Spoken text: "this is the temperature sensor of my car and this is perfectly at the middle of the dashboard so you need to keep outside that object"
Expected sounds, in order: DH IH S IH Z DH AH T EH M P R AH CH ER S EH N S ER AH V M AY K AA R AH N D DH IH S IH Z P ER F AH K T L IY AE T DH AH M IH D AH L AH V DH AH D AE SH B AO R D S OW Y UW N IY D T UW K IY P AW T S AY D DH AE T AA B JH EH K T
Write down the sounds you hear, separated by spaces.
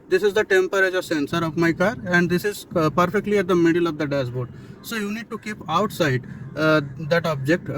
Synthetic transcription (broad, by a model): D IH S IH Z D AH T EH M P R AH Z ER S EH N S ER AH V M AY K AA R AH N D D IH S IH Z P ER F AH K T L IY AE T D AH M IH D AH L AH V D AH D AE S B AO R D S OW Y UW N IY D T UW K IY P AW T S AY D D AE T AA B JH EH K T